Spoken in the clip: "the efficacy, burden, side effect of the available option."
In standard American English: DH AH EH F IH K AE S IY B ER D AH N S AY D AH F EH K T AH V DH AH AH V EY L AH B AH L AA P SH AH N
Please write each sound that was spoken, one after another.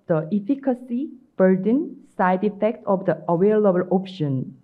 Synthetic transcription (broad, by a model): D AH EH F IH K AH S IY B ER D AH N S AY D AH F EH K T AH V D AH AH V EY L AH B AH L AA P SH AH N